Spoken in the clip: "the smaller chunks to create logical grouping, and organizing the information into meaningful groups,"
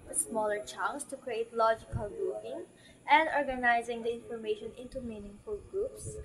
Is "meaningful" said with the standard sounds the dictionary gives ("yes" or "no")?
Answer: yes